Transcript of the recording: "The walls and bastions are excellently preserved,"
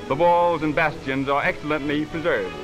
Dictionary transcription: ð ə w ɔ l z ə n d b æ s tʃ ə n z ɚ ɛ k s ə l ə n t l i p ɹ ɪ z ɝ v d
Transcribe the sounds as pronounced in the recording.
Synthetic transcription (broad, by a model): ð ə w ɔ l z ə n b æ s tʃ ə n z ɚ ɛ k s ə l ə n t l i p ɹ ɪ z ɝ v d